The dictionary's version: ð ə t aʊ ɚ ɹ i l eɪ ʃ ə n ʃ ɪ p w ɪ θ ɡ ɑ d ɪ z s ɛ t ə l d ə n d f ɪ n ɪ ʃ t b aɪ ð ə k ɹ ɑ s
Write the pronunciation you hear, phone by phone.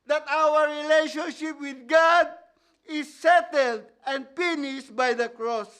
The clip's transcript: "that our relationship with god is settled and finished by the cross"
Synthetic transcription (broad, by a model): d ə t aʊ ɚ ɹ i l eɪ ʃ ə n ʃ ɪ p w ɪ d ɡ ɑ d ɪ s ɛ t ə l d ə n d p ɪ n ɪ s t b aɪ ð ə k ɹ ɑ s